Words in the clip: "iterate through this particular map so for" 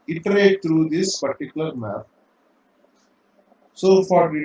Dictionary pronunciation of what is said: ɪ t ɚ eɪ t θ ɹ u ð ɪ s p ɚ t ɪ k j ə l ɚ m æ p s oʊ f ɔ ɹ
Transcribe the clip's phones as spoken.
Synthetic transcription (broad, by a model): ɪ t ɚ eɪ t t ɹ u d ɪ s p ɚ t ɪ k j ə l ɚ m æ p s oʊ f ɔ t